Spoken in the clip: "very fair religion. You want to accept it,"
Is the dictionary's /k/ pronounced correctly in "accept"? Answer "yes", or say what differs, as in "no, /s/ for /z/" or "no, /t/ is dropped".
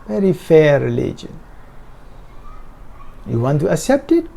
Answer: yes